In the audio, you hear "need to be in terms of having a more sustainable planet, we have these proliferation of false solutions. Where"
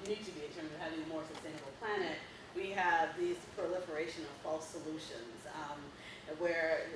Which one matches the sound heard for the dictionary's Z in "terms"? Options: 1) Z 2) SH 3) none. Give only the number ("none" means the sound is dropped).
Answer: 1